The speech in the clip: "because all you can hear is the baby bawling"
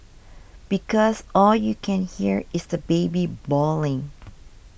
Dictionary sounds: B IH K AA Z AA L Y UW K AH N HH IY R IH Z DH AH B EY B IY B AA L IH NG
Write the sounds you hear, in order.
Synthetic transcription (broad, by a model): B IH K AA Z AA L Y UW K AH N HH IY R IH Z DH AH B EY B IY B AA L IH NG